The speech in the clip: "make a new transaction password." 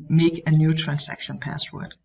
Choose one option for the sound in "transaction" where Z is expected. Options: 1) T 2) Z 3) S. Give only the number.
3